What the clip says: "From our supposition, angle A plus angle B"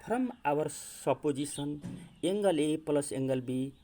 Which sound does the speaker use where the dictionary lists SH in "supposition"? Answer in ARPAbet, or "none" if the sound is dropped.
S